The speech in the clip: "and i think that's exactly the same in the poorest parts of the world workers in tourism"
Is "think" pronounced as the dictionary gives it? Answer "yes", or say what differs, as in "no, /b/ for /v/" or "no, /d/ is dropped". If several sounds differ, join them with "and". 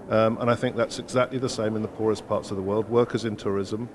yes